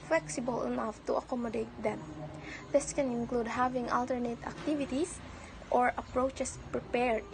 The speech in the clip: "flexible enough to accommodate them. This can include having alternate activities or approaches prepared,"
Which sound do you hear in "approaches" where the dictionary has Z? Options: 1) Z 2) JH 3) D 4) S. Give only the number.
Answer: 4